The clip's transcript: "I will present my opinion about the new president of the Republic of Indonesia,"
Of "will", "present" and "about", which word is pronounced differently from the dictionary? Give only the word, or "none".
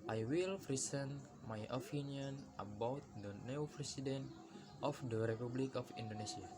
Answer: present